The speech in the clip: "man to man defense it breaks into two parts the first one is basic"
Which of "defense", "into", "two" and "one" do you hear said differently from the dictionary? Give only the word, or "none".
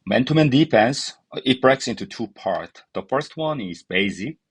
defense